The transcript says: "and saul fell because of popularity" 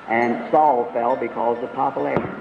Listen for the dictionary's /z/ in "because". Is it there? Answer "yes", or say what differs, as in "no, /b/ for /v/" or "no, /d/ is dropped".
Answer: yes